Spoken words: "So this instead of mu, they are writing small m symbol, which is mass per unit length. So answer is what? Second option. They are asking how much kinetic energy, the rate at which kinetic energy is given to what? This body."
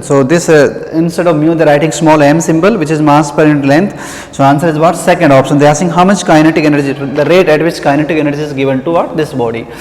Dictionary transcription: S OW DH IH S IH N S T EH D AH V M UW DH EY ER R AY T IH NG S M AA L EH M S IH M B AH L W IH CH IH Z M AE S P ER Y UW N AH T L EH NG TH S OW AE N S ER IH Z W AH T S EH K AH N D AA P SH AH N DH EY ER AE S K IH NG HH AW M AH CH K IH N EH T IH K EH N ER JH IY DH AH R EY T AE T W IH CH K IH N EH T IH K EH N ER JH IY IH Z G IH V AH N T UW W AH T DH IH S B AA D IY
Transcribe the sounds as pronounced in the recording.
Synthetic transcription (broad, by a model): S OW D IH S IH N S T EH D AH V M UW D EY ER R AY T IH NG S M AA L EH M S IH M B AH L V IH CH IH Z M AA S P ER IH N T L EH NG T S OW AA N S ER IH Z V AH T S EH K AH N D AA P SH AH N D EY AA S IH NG HH AW M AH CH K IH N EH T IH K EH N ER JH IY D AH R EY T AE T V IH CH K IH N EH T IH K EH N ER JH IY IH Z G IH V AH N T UW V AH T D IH S B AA D IY